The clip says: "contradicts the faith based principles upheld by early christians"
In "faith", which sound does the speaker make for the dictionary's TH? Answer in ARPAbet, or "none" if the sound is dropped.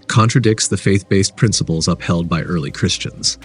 TH